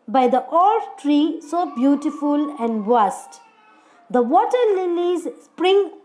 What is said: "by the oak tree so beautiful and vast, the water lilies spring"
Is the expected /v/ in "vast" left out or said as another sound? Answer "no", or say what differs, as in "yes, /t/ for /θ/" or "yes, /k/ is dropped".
yes, /b/ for /v/